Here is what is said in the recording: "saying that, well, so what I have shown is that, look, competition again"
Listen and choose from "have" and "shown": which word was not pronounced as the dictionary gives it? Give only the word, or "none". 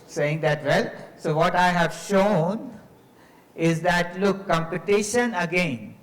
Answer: none